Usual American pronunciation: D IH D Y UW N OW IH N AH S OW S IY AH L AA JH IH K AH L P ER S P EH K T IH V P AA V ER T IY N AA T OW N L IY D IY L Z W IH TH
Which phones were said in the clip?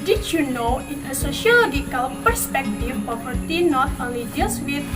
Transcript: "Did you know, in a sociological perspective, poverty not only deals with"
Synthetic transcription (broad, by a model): D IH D Y UW N OW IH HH AH S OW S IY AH L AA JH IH K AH L P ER S P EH K T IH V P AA P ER T IY N AA T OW L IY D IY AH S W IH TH